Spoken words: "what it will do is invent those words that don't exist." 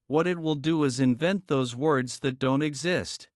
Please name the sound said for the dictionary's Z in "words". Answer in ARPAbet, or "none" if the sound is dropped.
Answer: Z